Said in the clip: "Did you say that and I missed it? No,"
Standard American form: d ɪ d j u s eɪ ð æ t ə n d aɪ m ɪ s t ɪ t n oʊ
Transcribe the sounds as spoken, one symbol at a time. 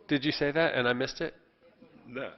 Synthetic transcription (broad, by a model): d ɪ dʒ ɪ s eɪ ð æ t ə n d aɪ m ɪ s t ɪ t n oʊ